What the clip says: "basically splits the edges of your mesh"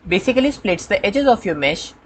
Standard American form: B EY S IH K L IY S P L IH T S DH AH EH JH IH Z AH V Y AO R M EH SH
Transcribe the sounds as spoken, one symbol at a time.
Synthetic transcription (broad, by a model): B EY S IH K L IY S P L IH T S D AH EH JH IH Z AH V Y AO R M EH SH